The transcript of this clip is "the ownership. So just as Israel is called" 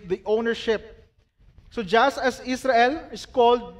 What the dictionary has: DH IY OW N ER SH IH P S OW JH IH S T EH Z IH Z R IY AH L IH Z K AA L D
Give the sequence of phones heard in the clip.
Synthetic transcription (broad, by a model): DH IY OW N ER SH IH P S OW JH IH S T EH S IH S R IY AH L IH S K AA L D